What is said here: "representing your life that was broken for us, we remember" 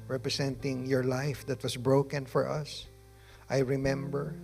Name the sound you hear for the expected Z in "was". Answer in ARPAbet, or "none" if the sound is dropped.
S